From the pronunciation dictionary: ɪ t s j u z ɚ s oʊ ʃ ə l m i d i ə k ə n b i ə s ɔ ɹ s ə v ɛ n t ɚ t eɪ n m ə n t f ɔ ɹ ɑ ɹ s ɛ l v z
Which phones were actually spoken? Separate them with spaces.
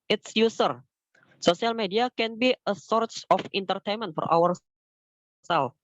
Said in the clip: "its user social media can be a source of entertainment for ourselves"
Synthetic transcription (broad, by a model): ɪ t s j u s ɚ s oʊ s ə l m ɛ d i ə k ə n b i ə s ɔ ɹ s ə f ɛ n t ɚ t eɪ n m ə n t f ɔ ɹ ɑ ɹ s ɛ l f